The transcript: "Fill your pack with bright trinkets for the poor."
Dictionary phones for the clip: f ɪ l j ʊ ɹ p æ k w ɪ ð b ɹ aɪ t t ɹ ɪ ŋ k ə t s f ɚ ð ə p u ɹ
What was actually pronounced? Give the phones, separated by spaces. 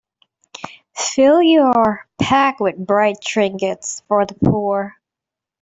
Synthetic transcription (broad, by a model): f ɪ l j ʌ ɹ p æ k w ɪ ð b ɹ aɪ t t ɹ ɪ ŋ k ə t s f ɚ ð ə p u ɹ